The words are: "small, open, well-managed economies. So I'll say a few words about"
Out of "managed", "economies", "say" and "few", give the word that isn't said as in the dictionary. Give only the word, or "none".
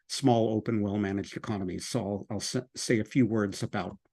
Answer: none